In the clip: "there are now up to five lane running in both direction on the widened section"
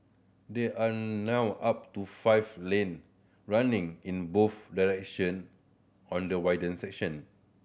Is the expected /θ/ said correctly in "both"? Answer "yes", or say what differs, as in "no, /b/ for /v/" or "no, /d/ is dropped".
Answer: no, /f/ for /θ/